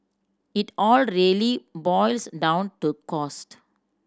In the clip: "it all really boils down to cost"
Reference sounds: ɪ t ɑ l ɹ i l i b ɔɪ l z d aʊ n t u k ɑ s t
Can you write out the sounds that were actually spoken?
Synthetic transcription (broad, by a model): ɪ t ɑ l ɹ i l i b ɔɪ l s d aʊ n t u k ɑ s t